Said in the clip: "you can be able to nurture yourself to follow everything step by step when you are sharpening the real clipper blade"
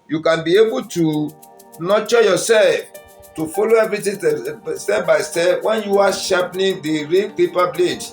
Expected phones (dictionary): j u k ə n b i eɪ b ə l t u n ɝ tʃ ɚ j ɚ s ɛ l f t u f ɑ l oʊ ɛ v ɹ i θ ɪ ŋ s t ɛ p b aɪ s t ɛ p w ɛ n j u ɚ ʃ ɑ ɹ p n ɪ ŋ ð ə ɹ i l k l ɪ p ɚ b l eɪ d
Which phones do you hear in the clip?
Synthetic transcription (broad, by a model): j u k ə n b i eɪ b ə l t u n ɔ tʃ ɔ j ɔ s ɛ l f t u f ɑ l oʊ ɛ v ɹ i t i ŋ s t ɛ b aɪ s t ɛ w ɛ n j u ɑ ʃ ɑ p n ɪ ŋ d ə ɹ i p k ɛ p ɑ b l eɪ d